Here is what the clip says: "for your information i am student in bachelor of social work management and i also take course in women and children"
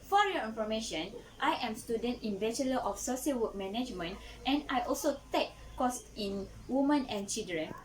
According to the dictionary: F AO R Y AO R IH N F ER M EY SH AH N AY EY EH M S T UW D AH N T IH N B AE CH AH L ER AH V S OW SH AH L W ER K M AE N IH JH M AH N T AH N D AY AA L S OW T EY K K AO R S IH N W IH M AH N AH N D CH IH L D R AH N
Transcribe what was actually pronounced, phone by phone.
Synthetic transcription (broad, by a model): F AO R Y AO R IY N F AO M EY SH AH N AY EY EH M S T UW D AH N T IH N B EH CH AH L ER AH F S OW S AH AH W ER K M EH N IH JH M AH N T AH N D AY AA L S OW T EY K K AO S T IH N W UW M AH N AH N CH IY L D R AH N